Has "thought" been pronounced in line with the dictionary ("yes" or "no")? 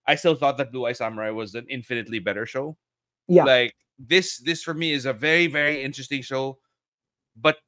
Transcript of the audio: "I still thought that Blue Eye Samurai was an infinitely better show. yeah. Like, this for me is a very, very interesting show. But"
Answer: yes